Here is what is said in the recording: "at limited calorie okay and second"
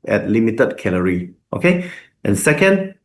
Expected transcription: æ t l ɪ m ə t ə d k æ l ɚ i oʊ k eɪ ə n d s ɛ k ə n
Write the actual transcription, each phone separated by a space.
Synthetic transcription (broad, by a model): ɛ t l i m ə t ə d k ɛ l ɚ i oʊ k eɪ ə n s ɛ k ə n